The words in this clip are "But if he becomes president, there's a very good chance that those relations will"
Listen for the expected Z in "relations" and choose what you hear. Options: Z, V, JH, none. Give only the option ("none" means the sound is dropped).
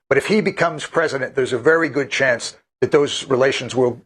Z